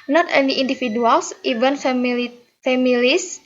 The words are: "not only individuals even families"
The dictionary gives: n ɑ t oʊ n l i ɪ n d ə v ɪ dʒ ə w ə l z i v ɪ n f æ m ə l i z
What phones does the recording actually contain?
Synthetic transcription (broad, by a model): n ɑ t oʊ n i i n d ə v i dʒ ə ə l s i v ɪ n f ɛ m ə l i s